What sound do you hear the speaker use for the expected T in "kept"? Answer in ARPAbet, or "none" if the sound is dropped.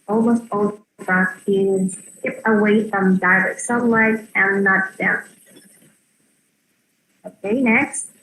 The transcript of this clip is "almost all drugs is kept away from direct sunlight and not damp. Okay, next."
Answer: none